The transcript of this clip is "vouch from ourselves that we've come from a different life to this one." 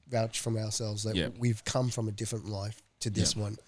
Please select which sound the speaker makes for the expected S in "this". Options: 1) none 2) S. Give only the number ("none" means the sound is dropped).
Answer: 2